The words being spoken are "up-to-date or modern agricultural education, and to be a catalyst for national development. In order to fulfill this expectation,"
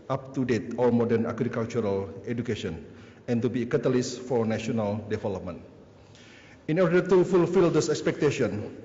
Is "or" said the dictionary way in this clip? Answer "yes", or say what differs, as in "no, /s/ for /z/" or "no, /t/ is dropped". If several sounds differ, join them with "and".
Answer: no, /l/ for /ɹ/